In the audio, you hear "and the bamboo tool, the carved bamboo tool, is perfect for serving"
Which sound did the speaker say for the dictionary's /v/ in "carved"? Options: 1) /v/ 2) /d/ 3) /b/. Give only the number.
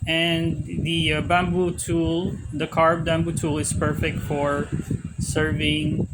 3